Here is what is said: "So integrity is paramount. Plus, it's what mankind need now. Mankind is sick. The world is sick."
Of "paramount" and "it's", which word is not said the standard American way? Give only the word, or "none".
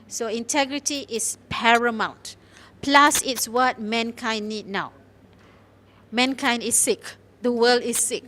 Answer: none